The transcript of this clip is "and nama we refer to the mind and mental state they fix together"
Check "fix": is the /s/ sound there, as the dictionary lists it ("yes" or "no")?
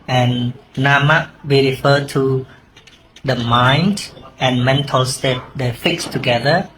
yes